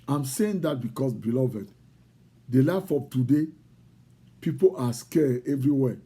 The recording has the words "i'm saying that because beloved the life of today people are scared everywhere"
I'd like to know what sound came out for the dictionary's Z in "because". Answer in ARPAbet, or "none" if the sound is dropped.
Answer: S